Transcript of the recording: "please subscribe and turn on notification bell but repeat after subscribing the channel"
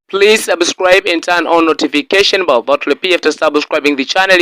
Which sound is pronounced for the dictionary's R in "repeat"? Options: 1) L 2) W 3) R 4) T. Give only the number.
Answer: 1